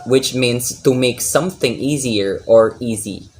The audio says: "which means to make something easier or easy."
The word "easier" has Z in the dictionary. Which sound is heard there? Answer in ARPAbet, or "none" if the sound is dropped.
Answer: Z